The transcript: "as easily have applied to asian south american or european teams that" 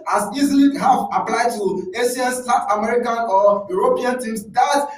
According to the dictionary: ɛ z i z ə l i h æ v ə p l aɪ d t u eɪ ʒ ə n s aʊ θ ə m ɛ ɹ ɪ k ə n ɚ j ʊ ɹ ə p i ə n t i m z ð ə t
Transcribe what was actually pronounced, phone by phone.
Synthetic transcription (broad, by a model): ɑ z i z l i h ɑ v ə p l aɪ d t u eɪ ʃ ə n s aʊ t ə m ɛ ɹ ɪ k ə n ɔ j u ɹ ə p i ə n t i m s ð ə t